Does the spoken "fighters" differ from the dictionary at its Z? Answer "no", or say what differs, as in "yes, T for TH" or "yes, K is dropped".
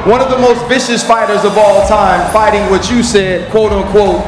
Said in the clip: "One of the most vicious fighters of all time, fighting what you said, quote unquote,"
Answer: no